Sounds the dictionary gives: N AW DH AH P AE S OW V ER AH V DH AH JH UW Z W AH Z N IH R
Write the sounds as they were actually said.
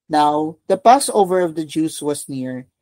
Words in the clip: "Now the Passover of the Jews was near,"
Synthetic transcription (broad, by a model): N AW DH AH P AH S OW V ER AH V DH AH JH UW S W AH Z N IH R